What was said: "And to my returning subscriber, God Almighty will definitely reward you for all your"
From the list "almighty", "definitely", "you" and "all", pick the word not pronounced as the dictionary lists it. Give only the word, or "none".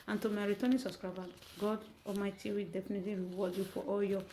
almighty